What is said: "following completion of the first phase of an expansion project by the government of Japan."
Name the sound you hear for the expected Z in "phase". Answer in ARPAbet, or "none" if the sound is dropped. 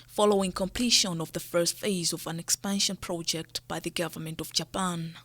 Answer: Z